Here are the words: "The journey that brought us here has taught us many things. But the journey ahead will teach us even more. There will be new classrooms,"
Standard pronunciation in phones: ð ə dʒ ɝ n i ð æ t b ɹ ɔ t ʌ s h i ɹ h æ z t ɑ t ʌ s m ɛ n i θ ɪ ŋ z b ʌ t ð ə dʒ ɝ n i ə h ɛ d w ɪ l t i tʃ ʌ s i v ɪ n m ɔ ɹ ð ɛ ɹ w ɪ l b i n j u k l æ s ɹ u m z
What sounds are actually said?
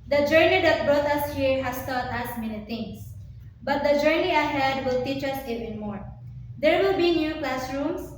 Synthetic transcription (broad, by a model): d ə dʒ ɝ n i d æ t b ɹ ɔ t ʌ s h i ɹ h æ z t ɑ t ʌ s m ɛ n i t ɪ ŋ s b ʌ t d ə dʒ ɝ n i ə h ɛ d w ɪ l t i tʃ ʌ s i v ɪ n m ɔ ɹ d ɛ ɹ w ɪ l b i n j u k l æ s ɹ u m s